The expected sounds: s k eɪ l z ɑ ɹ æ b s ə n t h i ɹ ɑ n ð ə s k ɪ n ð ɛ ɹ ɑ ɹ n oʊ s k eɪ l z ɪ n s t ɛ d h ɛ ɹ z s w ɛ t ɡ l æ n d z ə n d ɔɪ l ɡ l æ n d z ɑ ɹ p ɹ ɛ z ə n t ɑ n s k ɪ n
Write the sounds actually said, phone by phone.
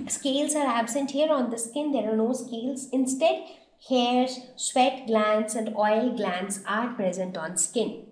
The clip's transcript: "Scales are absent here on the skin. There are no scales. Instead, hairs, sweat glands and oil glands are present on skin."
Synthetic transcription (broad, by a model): s k eɪ l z ɑ ɹ æ b s ə n t h i ɹ ɑ n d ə s k ɪ n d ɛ ɹ ɑ ɹ n oʊ s k eɪ l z ɪ n s t ɛ d h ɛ ɹ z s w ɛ t ɡ l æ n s ə n d ɔɪ l ɡ l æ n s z ɑ ɹ p ɹ ɛ z ə n t ɑ n s k ɪ n